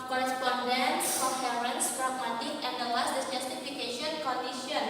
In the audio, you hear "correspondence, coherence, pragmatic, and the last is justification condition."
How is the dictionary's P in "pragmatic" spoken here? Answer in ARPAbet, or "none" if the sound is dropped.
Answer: F